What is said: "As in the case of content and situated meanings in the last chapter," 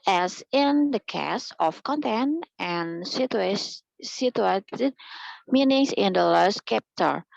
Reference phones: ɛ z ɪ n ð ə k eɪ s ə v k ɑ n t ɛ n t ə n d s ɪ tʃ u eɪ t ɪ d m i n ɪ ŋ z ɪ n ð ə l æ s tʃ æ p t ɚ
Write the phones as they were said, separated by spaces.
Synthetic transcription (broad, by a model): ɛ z ɪ n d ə k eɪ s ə f k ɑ n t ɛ n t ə n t s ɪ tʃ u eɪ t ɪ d m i n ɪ ŋ s ɪ n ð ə l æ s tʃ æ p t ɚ